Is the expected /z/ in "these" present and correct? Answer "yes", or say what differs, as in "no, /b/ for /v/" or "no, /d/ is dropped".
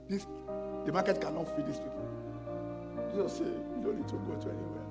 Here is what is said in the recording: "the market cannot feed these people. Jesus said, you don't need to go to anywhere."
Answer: no, /s/ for /z/